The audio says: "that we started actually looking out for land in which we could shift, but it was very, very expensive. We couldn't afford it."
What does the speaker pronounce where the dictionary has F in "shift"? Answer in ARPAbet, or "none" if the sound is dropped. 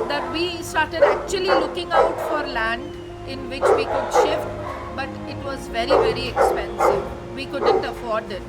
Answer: F